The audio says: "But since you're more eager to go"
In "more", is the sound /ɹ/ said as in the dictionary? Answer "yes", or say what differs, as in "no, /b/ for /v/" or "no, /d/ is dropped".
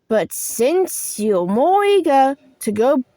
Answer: yes